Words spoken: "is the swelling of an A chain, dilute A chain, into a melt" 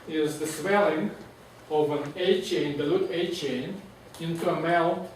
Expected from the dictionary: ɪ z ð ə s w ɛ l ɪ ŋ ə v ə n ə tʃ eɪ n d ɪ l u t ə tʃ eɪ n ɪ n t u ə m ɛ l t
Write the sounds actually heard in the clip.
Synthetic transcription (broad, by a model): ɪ z ð ə s w ɛ l ɪ ŋ ə v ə n ə tʃ eɪ n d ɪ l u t ə tʃ eɪ n ɪ n t u ə m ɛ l